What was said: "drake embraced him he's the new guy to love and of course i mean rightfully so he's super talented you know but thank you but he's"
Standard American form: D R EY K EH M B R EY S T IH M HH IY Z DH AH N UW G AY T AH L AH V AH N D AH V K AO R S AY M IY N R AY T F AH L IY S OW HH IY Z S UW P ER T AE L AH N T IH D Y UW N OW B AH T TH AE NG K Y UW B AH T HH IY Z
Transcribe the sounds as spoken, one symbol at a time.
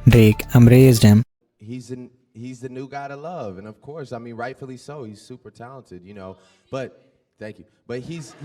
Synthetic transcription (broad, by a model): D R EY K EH M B R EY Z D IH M HH IY Z DH AH N UW G AY T AH L AH V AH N AH V K AO R S AY M IY N R AY T F L IY S OW HH IY Z S UW P ER T AE L AH N T IH D Y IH N OW B AH T TH AE NG K Y UW B AH T HH IY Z